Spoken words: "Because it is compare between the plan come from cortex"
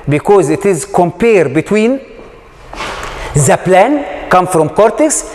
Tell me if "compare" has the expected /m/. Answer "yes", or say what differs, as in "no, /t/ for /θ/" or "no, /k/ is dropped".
yes